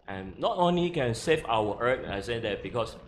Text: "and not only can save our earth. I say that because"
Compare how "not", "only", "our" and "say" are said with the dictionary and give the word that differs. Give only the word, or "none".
our